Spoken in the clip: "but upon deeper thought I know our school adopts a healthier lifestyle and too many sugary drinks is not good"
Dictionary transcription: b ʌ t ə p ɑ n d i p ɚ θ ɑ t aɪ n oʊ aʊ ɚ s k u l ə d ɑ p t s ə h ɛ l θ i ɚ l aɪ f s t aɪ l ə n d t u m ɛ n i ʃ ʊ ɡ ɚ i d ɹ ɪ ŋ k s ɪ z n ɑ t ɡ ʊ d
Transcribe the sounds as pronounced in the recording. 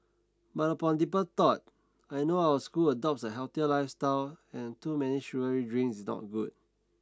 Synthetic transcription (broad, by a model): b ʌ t ə p ɑ n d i p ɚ t ɑ t aɪ n oʊ aʊ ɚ s k u l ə d ɑ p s ə h ɛ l t i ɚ l aɪ f s t aɪ l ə n t u m ɛ n i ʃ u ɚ i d ɹ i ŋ s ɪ s n ɑ t ɡ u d